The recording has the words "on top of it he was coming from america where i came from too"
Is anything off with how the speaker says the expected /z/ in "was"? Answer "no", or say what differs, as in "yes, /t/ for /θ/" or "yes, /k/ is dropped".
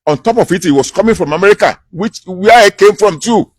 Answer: yes, /s/ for /z/